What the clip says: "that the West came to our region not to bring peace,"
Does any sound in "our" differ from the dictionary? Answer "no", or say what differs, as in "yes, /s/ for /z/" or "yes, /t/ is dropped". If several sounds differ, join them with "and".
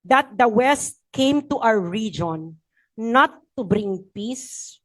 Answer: yes, /w/ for /ɹ/